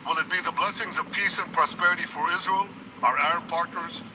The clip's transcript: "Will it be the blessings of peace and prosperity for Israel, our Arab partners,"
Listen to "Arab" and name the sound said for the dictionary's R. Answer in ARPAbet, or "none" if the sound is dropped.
none